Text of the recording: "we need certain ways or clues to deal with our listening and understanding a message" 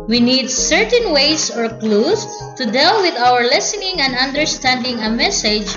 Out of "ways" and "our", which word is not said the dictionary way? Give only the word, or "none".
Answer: ways